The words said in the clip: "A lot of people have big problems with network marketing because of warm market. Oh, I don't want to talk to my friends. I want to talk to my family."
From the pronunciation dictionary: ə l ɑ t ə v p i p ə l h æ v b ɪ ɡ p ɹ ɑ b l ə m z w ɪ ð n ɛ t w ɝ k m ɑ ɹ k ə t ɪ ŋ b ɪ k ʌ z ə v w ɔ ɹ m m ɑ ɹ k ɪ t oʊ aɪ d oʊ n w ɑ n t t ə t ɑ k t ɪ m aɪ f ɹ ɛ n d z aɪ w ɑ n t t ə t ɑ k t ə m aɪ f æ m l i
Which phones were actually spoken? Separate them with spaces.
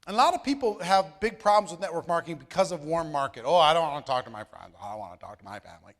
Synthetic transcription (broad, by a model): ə l ɑ t ə v p i p l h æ v b ɪ ɡ p ɹ ɑ b l ə m z w ɪ ð n ɛ t w ɝ k m ɑ ɹ k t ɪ ŋ b ɪ k ʌ z ə v w ɔ ɹ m m ɑ ɹ k ɪ t oʊ aɪ d oʊ n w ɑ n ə t ɑ k t ɪ m aɪ f ɹ ɛ n d z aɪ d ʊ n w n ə t ɑ k t ə m aɪ f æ m l i